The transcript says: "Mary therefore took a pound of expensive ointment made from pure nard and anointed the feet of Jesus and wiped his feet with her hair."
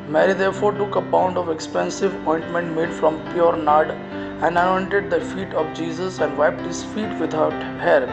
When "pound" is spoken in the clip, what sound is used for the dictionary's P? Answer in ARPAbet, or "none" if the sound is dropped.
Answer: B